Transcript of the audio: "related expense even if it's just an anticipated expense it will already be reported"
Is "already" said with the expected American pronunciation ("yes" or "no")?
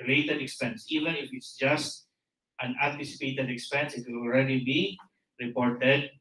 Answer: yes